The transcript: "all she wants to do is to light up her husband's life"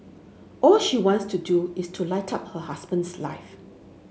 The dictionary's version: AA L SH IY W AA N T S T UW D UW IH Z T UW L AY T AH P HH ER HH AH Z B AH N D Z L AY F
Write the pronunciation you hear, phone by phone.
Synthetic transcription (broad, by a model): AA L SH IY W AA N T S T UW D UW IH S T UW L AY T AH P HH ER HH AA S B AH N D S L AY F